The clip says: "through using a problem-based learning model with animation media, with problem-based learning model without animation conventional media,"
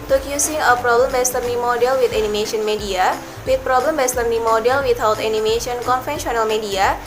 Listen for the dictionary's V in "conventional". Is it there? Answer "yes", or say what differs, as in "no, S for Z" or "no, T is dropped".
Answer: no, F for V